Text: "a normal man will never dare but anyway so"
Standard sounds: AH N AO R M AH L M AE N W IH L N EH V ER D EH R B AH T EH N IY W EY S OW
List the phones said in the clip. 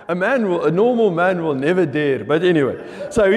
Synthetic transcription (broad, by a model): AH N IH L M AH L M AE N W IH L N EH V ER D EH R B AH T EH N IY W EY S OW